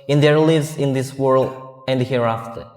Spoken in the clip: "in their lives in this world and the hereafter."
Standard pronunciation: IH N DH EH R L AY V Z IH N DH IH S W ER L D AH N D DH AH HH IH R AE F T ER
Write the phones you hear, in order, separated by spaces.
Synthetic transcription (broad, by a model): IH N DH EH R L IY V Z IH N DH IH S W ER L D AH N D HH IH R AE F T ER